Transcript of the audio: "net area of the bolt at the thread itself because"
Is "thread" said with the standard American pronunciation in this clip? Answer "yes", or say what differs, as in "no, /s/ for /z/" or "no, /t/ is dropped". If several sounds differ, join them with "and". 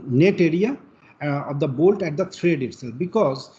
no, /t/ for /θ/